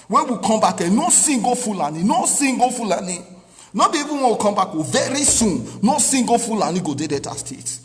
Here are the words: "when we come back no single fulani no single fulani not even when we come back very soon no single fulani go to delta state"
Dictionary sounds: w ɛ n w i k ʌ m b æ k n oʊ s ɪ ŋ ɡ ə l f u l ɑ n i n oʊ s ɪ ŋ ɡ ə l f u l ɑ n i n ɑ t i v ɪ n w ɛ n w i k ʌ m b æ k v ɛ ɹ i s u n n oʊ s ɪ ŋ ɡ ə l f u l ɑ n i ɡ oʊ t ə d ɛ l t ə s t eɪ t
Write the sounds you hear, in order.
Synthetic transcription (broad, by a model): w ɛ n w i k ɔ m b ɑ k n oʊ s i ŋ ɡ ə f u l ɑ n i n oʊ s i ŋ ɡ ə f u l ɑ n i n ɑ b i v ɪ n w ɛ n w i k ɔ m b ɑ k v ɛ ɹ i s u n n oʊ s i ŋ ɡ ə f u l ɑ n i ɡ oʊ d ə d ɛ t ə s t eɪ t